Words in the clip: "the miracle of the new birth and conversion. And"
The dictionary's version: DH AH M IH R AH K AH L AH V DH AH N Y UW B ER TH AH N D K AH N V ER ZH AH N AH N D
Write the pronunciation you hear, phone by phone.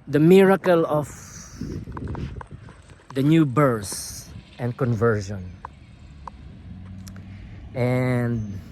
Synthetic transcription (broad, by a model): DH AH M IH R AH K AH L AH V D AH N Y UW B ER S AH N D K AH N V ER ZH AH N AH N D